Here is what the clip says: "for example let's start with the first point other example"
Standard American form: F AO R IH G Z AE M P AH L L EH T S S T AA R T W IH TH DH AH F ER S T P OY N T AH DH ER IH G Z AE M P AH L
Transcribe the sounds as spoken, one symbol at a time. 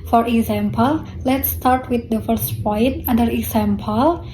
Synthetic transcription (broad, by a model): F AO R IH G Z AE M P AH L L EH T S S T AA R T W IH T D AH F ER S T P OY N T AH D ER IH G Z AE M P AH L